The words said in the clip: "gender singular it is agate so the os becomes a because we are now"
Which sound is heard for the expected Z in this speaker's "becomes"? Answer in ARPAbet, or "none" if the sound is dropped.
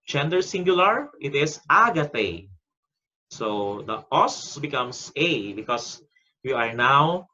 S